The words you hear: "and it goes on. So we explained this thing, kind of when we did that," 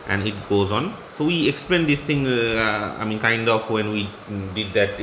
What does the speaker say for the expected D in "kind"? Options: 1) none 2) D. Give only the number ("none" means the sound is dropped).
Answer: 2